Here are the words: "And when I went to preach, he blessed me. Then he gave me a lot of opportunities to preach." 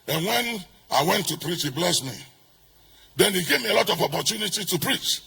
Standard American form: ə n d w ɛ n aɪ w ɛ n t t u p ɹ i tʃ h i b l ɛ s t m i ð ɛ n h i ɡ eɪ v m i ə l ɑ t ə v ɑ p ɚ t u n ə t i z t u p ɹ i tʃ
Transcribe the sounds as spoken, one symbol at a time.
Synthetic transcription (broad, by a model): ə n w ɛ n aɪ w ɛ n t t u p ɹ i tʃ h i b l ɛ s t m i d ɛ n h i ɡ eɪ v m i ə l ɑ t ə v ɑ p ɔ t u n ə t i t u p ɹ i tʃ